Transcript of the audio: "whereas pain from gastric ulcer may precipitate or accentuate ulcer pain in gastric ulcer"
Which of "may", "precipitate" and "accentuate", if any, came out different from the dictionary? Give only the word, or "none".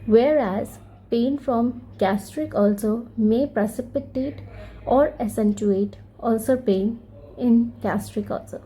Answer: accentuate